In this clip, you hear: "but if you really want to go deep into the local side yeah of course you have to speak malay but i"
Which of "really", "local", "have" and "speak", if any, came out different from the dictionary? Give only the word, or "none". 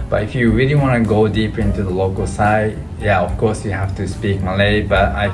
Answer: have